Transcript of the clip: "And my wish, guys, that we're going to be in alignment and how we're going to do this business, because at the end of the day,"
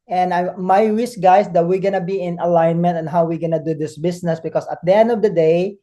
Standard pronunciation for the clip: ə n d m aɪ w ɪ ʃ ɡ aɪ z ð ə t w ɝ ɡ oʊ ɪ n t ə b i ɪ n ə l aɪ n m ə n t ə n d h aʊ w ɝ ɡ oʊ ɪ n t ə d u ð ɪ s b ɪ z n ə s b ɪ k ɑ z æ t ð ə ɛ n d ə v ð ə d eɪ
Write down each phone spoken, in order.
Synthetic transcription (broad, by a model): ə n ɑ m aɪ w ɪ s ɡ aɪ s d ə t w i ɡ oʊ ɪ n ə b i ɪ n ə l aɪ n m ə n t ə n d h aʊ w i ɡ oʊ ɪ n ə d u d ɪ s b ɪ s n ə s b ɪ k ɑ s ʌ t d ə ɛ n d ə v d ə d eɪ